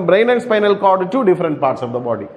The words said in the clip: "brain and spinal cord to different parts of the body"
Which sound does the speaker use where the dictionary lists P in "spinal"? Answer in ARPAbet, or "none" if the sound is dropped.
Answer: P